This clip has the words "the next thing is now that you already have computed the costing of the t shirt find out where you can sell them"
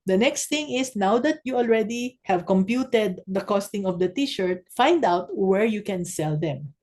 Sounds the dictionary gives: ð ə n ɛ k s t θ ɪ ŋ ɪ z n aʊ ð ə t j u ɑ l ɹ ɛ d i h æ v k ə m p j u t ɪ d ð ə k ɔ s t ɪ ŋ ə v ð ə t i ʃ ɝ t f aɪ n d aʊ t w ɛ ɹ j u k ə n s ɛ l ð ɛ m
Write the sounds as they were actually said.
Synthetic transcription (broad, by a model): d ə n ɛ k s t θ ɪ ŋ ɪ s n aʊ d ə t j u ɑ l ɹ ɛ d i h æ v k ə m p j u t ɪ d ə k ɔ s t ɪ ŋ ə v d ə t i ʃ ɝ t f aɪ n d aʊ t w ɛ ɹ j u k ə n s ɛ l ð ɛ m